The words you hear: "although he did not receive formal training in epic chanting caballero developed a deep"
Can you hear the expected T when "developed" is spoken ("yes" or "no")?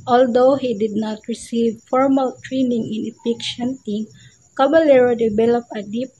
no